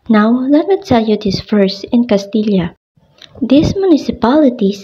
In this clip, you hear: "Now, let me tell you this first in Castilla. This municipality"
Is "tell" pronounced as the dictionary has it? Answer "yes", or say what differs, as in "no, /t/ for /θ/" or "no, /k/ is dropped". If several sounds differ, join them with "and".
no, /s/ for /t/